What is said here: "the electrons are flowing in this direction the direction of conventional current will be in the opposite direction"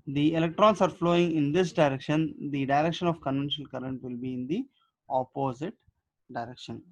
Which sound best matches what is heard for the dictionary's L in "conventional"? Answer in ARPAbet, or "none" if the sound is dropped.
L